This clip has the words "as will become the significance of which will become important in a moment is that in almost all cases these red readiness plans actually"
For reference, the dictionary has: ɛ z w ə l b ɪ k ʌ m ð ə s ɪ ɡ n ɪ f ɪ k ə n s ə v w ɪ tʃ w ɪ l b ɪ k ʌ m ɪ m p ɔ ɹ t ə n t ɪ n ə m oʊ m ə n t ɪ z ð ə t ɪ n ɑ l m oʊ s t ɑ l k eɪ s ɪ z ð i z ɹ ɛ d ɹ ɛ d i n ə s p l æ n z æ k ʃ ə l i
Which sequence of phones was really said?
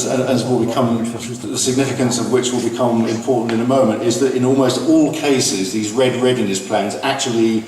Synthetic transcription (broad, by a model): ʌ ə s b ɪ k ʌ m ð ə s ɪ ɡ n ɪ f ɪ k ə n s ə v w ɪ tʃ w ɪ l b ɪ k ʌ m ɪ m p ɔ ɹ t n t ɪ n ə m oʊ m ə n t ɪ z ð ə t ɪ n ɑ l m oʊ s t ɑ l k eɪ s ɪ z ð i z ɹ ɛ d ɹ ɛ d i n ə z p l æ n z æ k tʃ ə l i